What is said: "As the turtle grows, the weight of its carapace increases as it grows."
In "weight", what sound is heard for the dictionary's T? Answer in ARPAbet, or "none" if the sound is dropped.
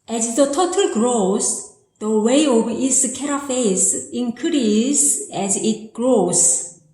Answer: none